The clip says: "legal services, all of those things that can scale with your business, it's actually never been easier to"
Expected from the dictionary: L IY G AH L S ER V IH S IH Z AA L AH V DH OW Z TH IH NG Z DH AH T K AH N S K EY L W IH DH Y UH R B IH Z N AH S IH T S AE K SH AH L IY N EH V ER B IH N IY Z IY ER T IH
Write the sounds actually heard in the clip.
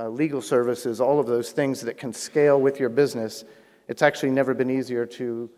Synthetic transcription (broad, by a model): L IY G L S ER V IH S IH Z AA L AH V DH OW Z TH IH NG Z DH AH T K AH N S K EY L W IH DH Y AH R B IH Z N AH S IH T S AE K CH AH L IY N EH V ER B IH N IY Z IY ER T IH